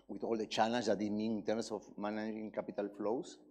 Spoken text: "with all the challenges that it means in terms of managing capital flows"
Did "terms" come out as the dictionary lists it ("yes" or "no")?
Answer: no